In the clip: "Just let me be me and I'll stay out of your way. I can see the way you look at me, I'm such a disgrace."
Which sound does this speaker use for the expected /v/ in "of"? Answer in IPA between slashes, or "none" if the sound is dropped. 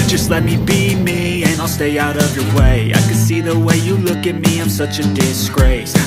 /v/